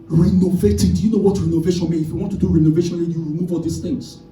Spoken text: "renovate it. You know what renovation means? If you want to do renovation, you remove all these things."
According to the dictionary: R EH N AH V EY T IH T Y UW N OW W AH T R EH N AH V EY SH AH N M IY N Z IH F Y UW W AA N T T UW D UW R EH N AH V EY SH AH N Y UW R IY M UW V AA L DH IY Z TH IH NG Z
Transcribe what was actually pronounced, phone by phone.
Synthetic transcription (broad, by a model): R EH N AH V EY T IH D Y UW N OW W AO T R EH N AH V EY SH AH N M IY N IH F Y UW W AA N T T UW D UW R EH N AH V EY SH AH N Y UW R IY M UW V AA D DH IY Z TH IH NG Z